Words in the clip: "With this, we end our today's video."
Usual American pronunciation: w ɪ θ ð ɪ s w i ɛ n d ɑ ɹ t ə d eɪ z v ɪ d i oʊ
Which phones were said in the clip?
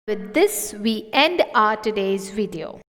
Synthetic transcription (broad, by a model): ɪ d ɪ s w i ɛ n d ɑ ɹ t ə d eɪ z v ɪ d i oʊ